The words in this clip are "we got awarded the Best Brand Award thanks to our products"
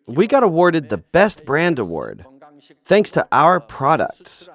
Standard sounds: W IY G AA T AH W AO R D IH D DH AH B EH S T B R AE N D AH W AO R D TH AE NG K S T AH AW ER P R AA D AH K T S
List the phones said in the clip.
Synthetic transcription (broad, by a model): W IY G AA T AH W AO R D IH D DH AH B EH S T B R AE N D AH W AO R D TH AE NG K S T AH AW ER P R AA D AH K T S